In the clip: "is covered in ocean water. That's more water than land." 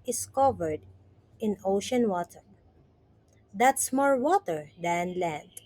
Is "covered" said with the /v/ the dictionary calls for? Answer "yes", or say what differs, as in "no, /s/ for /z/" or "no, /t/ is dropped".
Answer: yes